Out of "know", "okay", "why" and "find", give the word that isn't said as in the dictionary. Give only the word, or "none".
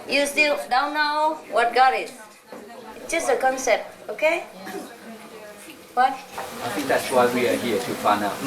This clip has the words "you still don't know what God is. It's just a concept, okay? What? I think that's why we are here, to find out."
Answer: find